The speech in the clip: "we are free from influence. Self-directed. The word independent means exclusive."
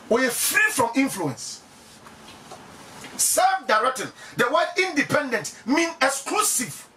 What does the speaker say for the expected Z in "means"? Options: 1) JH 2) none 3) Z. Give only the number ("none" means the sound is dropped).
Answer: 2